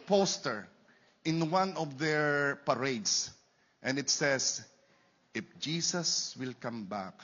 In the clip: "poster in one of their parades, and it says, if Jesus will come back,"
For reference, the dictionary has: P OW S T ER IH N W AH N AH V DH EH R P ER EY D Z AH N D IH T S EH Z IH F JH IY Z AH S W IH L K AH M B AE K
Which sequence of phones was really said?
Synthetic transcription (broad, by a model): P OW S T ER IH N W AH N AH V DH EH R P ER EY D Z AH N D IH T S EH S IH F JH IY S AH S W IH L K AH M B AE K